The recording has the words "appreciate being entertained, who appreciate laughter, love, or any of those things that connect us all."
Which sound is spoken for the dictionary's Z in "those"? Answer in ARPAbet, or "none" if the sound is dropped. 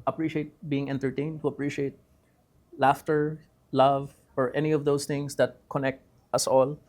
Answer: S